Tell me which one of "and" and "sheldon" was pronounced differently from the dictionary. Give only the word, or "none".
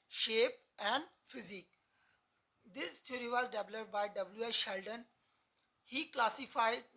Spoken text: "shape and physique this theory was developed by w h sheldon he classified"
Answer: none